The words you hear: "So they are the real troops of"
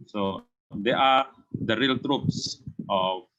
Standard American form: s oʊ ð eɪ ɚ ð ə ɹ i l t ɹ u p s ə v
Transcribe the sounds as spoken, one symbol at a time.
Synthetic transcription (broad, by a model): s oʊ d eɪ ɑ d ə ɹ i l t ɹ u p s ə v